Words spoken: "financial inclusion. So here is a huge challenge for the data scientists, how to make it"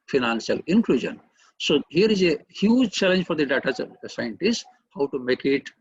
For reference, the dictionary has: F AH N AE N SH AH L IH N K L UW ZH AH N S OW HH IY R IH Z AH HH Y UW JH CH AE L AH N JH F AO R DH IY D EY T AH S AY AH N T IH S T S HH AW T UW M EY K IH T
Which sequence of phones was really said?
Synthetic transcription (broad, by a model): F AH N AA N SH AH L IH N K L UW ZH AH N S OW HH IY R IH Z AH HH Y UW JH CH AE L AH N JH F AO R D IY D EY T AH S AY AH N T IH S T HH AW T UW M EY K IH T